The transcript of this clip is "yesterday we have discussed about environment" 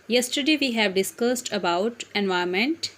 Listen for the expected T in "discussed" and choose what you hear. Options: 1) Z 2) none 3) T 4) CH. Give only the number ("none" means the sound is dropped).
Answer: 3